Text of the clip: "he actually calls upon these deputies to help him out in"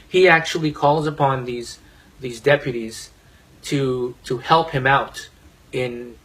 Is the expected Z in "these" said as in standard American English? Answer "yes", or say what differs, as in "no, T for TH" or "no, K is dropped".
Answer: yes